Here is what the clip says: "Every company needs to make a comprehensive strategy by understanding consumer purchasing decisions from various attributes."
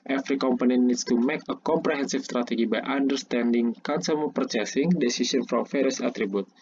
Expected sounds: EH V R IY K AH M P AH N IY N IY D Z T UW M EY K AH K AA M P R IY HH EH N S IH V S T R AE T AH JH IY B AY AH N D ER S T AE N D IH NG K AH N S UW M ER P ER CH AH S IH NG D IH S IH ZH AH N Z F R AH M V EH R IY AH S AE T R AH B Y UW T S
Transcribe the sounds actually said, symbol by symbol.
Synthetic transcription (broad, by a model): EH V R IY K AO M P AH N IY N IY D S T UW M EY K AH K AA M P R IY HH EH N S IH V S T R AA T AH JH IY B AY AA N D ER S T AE N D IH NG K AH N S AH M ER P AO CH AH S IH NG D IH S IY S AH N F R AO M F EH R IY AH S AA T R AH B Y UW T